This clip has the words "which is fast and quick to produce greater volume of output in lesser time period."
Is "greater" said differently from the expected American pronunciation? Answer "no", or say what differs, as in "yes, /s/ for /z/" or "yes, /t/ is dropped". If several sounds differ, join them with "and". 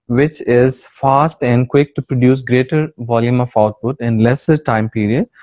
no